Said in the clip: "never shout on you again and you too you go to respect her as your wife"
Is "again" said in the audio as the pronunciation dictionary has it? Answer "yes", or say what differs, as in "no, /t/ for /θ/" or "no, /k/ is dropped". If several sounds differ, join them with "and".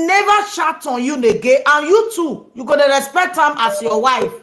no, /n/ is dropped